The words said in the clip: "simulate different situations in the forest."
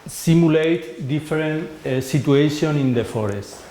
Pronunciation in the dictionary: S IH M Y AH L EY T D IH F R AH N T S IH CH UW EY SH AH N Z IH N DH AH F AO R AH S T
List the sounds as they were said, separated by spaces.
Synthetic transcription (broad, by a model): S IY M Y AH L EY T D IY F R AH N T S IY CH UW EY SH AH N IH N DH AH F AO R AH S T